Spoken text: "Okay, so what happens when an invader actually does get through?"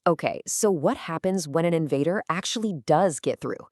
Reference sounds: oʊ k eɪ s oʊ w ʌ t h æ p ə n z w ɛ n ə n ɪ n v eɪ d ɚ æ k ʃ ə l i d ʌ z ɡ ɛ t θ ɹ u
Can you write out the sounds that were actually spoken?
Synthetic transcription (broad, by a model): oʊ k eɪ s oʊ w ʌ t h æ p ə n z w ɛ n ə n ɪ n v eɪ d ɚ æ k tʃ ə l i d ʌ z ɡ ɛ t θ ɹ u